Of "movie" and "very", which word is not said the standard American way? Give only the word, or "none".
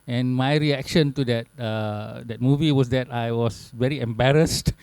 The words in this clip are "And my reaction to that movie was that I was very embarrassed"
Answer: none